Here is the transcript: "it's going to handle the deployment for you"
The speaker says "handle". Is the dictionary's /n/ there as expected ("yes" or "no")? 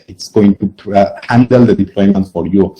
yes